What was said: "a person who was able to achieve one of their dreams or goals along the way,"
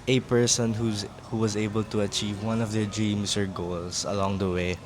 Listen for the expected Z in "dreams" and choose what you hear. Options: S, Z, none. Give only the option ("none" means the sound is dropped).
S